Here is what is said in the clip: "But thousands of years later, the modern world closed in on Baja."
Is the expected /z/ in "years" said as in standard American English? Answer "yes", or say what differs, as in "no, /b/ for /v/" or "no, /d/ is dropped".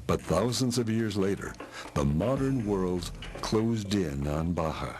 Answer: yes